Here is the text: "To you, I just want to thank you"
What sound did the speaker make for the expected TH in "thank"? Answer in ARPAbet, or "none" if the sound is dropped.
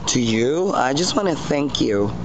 TH